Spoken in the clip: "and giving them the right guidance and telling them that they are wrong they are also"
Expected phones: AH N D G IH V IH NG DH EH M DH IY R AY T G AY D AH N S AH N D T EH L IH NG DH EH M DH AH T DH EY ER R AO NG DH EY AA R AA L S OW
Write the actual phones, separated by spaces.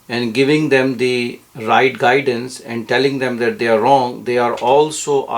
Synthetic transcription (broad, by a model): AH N D G IH V IH NG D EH M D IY R AY T G AY D AH N S AH N D T EH L IH NG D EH M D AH T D EY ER R AO NG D EY AA R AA L S OW